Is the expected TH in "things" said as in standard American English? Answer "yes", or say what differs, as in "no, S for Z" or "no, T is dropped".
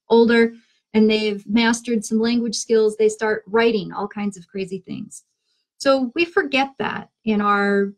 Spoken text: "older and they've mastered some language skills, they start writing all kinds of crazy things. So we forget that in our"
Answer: yes